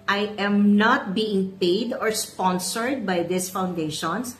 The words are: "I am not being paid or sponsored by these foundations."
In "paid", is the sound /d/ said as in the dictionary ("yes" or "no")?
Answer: yes